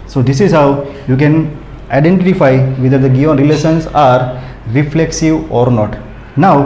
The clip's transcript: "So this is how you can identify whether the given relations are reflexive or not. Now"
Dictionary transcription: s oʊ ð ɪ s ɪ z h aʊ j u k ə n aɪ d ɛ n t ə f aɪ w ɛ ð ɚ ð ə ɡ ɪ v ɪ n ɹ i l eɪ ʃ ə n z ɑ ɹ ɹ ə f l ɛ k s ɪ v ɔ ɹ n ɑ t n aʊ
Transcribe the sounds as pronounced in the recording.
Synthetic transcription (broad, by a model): s oʊ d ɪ s ɪ z h aʊ j u k ə n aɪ d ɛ n t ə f aɪ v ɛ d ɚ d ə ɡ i ɪ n ɹ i l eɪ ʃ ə n s ɑ ɹ ɹ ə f l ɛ k s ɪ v ɔ ɹ n ɑ t n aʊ